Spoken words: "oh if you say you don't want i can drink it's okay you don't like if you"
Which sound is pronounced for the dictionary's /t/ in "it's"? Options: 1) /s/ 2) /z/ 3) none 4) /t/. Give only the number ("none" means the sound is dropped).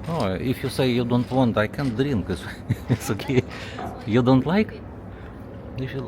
1